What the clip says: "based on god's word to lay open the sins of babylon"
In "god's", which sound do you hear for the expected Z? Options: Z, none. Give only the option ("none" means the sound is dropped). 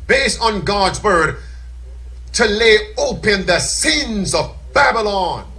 Z